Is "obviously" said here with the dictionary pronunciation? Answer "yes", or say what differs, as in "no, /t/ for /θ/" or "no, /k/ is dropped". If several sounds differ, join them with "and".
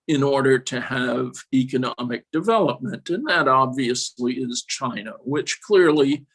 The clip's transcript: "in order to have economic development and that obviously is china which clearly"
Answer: yes